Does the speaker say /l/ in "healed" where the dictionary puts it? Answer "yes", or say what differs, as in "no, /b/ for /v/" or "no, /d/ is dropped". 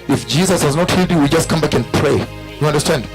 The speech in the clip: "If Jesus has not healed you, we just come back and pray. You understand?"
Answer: no, /l/ is dropped